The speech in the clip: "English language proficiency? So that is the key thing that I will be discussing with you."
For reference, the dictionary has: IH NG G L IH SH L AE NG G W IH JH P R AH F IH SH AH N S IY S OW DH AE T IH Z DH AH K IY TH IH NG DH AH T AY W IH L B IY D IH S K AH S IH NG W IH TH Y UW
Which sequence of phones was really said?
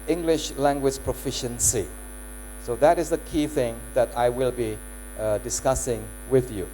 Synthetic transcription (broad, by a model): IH NG G L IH SH L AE NG G W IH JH P R AH F IH SH AH N S IY S OW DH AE T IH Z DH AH K IY TH IH NG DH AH T AY W IH L B IY D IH S K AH S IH NG W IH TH Y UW